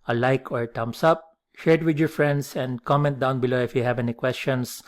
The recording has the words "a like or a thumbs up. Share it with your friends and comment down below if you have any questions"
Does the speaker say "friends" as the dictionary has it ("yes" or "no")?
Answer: no